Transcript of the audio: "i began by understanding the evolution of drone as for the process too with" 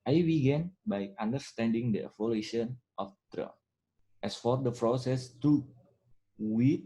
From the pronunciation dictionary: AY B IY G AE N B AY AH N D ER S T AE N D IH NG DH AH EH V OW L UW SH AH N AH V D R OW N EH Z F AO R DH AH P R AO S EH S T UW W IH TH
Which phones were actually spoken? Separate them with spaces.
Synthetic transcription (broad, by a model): AY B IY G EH N B AY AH N D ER S T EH N D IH NG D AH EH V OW L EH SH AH N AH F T R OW EH S F AO R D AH P R AO S EH S T UW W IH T